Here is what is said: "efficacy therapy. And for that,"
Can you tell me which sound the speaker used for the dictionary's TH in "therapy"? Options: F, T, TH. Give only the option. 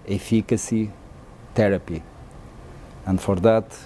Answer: T